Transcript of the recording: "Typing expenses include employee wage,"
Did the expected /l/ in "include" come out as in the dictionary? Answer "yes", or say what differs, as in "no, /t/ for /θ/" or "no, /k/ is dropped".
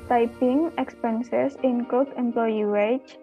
no, /l/ is dropped